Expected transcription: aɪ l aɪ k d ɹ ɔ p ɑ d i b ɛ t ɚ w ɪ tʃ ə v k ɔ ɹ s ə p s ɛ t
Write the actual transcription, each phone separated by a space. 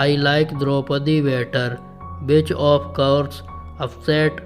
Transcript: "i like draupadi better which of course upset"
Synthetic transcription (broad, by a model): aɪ l aɪ k d ɹ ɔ p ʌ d i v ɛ t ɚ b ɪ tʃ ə p k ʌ ɹ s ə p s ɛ t